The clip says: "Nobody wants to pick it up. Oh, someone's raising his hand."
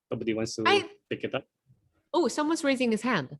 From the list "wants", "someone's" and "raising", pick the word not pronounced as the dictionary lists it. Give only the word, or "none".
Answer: none